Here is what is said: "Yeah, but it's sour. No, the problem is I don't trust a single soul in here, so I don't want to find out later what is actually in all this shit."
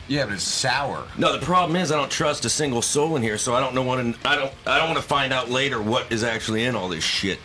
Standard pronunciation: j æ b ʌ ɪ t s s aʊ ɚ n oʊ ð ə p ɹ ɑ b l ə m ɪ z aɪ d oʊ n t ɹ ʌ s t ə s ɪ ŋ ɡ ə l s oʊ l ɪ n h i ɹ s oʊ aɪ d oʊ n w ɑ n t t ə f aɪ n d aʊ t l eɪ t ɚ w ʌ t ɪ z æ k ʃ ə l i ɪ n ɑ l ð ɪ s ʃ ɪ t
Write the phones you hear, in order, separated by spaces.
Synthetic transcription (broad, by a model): j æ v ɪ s s aʊ ɚ n oʊ ð ə p ɹ ɑ b l ə m ɪ z aɪ d oʊ n t ɹ ʌ s t ə s ɪ ŋ ɡ l s oʊ l ɪ n h i ɹ s oʊ aɪ d oʊ n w ɑ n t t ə f aɪ n d aʊ t l eɪ t ɚ w ʌ t ɪ z æ k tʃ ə l i ɪ n ɑ l ð ɪ s ʃ ɪ t